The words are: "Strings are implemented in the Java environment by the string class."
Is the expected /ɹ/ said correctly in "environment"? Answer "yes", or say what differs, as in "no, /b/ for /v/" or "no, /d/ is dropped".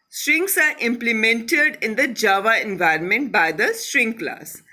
yes